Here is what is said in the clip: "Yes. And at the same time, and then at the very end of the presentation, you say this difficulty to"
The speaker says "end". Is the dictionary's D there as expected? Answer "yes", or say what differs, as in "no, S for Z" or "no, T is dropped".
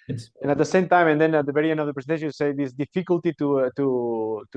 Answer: no, D is dropped